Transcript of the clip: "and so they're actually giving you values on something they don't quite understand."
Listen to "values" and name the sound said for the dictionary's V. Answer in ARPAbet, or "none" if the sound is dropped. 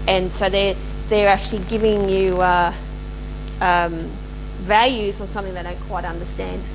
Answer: V